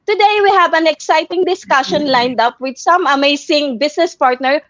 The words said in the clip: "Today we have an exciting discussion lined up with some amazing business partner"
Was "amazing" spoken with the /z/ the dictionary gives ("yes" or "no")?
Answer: no